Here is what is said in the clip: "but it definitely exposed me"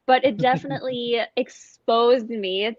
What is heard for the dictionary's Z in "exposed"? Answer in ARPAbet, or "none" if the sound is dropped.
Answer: Z